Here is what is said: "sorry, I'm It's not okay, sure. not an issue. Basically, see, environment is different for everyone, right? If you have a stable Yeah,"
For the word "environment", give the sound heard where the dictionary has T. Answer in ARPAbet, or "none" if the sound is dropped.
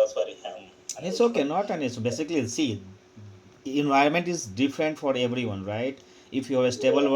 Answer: T